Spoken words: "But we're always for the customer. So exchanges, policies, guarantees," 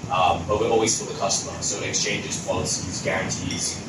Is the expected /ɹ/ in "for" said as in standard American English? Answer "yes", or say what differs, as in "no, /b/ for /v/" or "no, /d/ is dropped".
no, /l/ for /ɹ/